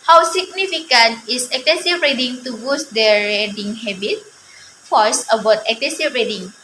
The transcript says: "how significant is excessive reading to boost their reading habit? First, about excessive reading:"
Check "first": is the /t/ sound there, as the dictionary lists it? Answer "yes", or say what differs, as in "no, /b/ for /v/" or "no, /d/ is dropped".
no, /t/ is dropped